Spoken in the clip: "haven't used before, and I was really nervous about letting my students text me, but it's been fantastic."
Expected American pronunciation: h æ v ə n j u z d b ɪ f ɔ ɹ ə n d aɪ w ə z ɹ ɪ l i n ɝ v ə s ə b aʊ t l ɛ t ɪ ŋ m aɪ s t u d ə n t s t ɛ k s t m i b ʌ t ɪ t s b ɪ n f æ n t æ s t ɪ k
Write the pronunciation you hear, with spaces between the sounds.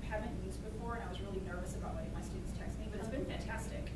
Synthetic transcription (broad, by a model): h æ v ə n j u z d b ɪ f ɔ ɹ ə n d aɪ w ə z ɹ ɪ l i n ɝ v ə s ə b aʊ t w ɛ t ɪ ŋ m aɪ s t u d n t s t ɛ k s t m i b ʌ t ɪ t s b ɪ n f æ n t æ s t ɪ k